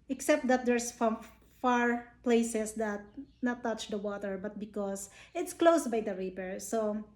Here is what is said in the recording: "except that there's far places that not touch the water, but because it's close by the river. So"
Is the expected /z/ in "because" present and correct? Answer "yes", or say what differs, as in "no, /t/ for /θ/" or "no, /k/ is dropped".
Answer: no, /s/ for /z/